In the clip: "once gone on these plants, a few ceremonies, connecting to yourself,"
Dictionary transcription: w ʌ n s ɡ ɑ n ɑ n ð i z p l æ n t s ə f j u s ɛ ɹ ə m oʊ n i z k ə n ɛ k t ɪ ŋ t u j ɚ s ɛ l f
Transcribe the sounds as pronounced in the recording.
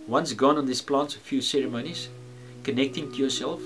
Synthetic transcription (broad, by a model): w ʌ n s ɡ ɑ n ɑ n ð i s p l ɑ n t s ə f j u s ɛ ɹ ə m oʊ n i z k ə n ɛ k t ɪ ŋ t u j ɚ s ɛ l f